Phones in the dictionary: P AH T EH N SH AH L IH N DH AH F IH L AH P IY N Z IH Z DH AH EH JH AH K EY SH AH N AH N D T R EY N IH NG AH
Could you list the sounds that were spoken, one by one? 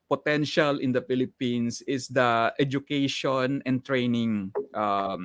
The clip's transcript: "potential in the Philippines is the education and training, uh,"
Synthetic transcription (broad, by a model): P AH T EH N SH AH L IH N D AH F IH L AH P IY N S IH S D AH EH JH AH K EY SH AH N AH N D T R EY N IH NG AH